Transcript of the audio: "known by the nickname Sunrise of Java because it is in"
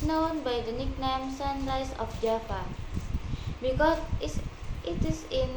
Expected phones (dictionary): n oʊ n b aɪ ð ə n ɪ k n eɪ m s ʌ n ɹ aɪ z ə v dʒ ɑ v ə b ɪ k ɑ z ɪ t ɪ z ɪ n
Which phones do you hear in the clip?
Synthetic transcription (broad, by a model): n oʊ n b aɪ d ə n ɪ k n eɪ m s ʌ n l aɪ s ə f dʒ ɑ p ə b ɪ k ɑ ɪ t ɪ s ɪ n